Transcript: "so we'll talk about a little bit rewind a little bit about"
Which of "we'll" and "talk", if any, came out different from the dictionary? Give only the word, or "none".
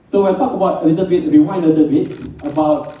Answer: we'll